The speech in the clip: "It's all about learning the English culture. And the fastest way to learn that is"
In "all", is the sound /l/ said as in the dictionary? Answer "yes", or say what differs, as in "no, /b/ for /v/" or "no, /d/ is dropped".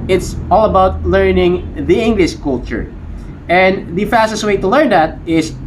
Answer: yes